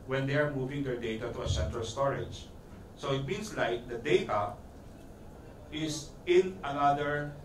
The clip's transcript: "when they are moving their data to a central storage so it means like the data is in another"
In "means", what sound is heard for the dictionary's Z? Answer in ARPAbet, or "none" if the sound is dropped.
S